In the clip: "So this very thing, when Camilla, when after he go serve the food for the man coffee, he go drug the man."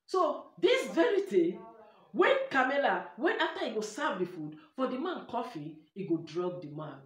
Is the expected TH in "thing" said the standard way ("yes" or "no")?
no